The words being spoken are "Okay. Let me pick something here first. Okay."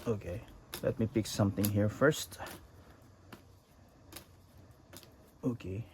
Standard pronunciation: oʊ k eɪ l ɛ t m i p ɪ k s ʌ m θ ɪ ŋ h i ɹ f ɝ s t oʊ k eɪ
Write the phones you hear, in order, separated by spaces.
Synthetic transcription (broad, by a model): oʊ k eɪ l ɛ t m i p ɪ k s ʌ m θ ɪ ŋ h i ɹ f ɝ s t oʊ k eɪ